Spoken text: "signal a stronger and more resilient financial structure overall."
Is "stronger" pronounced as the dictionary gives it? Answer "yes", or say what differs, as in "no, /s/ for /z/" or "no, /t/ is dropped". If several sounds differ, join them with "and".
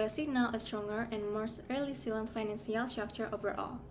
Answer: yes